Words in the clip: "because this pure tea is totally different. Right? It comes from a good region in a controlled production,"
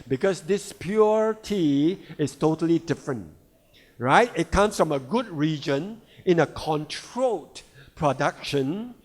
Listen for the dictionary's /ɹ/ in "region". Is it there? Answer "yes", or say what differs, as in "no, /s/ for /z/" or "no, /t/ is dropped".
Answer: yes